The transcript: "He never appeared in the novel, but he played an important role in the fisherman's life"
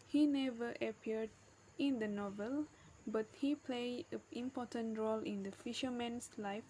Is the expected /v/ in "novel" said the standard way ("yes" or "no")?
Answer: yes